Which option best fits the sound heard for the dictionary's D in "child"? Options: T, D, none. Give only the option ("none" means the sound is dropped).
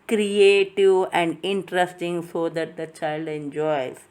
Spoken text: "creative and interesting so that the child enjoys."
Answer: D